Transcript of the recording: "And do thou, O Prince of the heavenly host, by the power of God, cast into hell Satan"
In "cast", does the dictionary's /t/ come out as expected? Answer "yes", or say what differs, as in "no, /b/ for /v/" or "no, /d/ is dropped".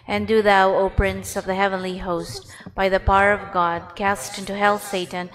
yes